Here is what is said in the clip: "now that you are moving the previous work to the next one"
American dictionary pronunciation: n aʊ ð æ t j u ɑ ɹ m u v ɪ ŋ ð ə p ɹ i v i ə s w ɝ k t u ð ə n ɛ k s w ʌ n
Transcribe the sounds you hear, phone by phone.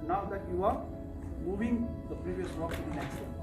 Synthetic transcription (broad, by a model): n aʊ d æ t j u ɑ ɹ m u v ɪ ŋ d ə p ɹ i v i ə s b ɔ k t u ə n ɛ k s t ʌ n